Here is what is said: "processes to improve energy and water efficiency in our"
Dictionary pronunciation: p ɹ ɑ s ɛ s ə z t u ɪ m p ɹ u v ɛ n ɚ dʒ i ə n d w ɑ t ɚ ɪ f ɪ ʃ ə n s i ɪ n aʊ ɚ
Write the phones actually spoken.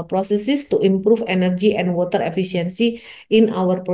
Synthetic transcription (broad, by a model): p ɹ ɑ s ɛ s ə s t u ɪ m p ɹ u f ɛ n ɚ dʒ i ə n d w ɑ t ɚ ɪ f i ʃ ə n s i ɪ n aʊ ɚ